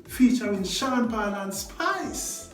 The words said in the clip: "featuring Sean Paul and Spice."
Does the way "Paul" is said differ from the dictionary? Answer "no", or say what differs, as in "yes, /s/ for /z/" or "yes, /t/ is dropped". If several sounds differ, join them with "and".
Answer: yes, /b/ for /p/